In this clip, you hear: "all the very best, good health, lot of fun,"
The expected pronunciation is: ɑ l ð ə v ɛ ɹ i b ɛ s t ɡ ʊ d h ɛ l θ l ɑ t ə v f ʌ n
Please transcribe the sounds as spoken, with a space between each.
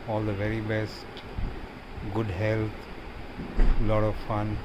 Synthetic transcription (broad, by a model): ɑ l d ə v ɛ ɹ i b ɛ s t ɡ ʊ d h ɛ l t l ɑ t ə v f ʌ n